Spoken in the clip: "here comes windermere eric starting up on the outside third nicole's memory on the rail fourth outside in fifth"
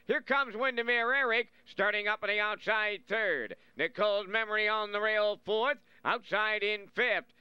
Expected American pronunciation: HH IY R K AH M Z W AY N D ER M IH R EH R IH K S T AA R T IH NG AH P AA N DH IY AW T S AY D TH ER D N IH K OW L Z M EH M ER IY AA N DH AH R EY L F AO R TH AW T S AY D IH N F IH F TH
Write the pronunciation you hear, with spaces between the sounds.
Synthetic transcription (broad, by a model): HH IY R K AH M Z W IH N D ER M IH R EH R IH K S T AA R T IH NG AH P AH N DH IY AW T S AY D TH ER D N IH K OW L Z M EH M ER IY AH N DH AH R EY L F AO R TH AW T S AY D IH N F IH F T